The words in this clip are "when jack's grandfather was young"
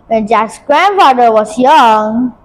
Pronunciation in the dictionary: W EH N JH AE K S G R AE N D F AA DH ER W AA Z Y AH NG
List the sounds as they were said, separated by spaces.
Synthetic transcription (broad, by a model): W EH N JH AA S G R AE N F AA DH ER W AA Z Y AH NG